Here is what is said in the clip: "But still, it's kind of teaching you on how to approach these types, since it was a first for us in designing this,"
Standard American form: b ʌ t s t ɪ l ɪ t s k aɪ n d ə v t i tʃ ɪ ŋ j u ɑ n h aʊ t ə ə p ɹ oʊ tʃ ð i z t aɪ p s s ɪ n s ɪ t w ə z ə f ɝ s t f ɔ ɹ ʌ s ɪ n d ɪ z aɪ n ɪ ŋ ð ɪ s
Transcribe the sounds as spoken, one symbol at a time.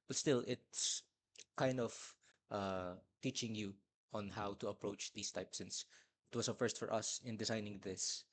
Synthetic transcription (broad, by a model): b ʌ t s t ɪ l ɪ t s k aɪ n d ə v t i tʃ ɪ ŋ j u ɑ n h aʊ t ə ə p ɹ oʊ tʃ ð i s t aɪ p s s ɪ n s ɪ t w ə s ə f ɝ s t f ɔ ɹ ʌ s ɪ n d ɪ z aɪ n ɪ ŋ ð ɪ s